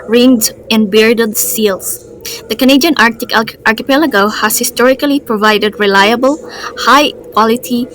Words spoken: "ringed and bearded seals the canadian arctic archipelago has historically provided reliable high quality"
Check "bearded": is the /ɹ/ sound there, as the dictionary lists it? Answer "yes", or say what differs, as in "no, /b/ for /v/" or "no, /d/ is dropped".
yes